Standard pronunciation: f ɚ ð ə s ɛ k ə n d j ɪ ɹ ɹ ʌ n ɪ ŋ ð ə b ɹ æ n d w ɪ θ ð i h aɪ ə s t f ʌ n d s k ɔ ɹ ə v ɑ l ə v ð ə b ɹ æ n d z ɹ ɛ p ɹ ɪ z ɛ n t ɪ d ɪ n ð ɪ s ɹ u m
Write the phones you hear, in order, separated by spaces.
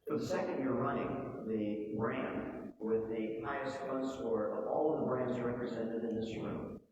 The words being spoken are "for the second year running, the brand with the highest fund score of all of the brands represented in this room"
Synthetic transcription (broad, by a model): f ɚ ð ə s ɛ k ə n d j ɪ ɹ ɹ ʌ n ɪ ŋ ð ə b ɹ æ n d w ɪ ð i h aɪ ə s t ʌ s ɔ ɹ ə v ɑ l ə v ð ə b ɹ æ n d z ɹ ɛ p ɹ ɪ z ɛ n t ɪ d ɪ n ð ɪ s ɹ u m